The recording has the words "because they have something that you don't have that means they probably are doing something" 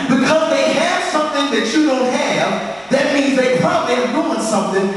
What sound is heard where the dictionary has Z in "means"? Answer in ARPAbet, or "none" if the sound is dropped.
Z